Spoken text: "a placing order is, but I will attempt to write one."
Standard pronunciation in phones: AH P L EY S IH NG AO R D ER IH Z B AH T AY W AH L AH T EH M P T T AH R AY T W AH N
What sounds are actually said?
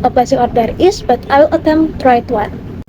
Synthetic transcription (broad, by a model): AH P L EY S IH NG AO R D ER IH S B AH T AY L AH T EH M T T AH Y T W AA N